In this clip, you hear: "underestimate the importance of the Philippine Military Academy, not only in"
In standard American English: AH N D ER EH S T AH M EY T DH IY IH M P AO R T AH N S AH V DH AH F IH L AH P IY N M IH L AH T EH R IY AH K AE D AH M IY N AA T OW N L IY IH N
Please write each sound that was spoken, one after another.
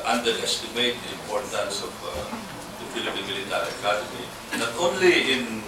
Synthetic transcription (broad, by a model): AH N D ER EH S T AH M EY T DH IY IH M P AO R T AH N S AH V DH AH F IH L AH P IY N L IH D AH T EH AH K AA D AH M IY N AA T OW N L IY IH N